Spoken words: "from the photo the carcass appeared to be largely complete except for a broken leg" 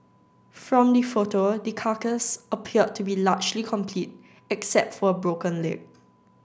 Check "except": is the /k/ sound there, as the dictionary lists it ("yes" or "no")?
yes